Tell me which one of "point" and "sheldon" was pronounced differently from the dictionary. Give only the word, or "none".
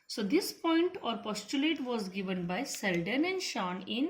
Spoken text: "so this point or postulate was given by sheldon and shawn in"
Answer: sheldon